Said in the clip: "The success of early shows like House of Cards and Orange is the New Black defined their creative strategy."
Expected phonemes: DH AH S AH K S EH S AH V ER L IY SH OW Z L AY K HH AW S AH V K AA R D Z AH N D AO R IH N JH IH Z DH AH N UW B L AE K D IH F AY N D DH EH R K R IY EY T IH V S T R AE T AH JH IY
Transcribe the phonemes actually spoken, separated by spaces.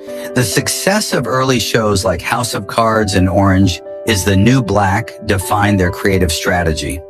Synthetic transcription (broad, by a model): DH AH S AH K S EH S AH V ER L IY SH OW Z L AY K HH AW S AH V K AA R D Z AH N AO R IH N JH IH Z DH AH N UW B L AE K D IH F AY N DH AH R K R IY EY T IH V S T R AE T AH JH IY